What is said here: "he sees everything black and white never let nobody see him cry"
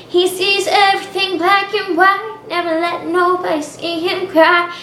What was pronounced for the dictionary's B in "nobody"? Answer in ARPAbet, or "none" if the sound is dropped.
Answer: none